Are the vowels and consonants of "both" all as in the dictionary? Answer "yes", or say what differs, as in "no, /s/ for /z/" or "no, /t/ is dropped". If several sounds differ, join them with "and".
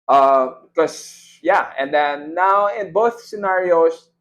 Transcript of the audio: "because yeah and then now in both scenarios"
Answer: yes